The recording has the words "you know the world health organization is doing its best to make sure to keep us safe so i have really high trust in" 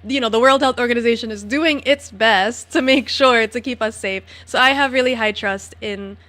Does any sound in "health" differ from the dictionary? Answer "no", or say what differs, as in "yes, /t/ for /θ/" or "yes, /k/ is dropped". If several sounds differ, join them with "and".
no